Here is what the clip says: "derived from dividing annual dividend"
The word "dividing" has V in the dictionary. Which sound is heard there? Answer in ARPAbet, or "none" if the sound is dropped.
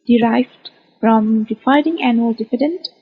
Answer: F